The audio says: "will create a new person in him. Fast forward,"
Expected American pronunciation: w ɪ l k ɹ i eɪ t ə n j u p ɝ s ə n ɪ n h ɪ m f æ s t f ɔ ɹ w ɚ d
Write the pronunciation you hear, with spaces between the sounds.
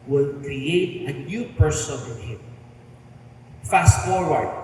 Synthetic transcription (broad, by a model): w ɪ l k ɹ i eɪ t ə n j u p ɝ s ə n ɪ n h ɪ m f æ s t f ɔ ɹ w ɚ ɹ